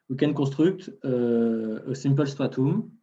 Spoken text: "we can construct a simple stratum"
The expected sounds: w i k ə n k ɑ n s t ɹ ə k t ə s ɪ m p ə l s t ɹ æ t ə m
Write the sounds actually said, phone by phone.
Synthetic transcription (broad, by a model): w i k ə n k ɑ s t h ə k t ə s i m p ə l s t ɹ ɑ t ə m